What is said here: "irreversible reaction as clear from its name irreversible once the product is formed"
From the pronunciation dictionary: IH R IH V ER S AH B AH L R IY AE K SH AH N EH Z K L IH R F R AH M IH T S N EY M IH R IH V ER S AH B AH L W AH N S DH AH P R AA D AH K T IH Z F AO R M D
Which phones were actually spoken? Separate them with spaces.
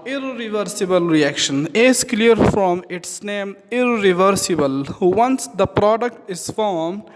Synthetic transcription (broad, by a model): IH R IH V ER S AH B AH L R IY AE K SH AH N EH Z K L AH R F R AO M IH T S N EY M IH R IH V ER S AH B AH L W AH N S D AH P R AA D AH K T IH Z F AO R M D